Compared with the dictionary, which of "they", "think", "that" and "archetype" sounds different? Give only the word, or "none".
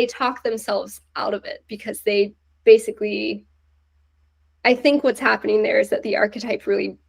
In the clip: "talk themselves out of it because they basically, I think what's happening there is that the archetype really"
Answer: none